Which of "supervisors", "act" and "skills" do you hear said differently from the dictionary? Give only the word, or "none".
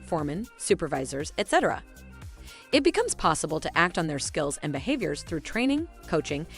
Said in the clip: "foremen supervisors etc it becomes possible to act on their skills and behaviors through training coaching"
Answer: none